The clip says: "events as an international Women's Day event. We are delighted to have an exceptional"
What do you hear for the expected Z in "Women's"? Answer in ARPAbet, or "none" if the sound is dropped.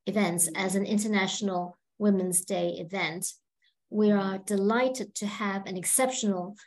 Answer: Z